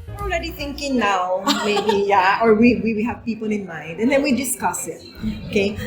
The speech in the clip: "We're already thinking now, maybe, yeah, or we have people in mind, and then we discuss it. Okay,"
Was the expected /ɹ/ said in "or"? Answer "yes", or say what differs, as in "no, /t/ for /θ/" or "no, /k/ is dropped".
no, /w/ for /ɹ/